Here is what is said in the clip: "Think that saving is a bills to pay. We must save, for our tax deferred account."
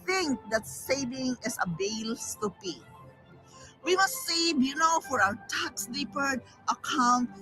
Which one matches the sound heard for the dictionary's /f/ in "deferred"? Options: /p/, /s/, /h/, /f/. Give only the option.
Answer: /p/